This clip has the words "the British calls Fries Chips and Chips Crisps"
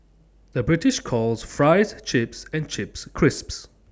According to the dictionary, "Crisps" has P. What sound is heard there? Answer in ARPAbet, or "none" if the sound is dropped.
P